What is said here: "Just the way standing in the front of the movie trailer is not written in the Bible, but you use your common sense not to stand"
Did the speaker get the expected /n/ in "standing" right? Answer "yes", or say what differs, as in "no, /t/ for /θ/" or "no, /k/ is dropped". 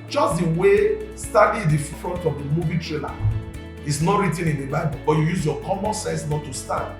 no, /n/ is dropped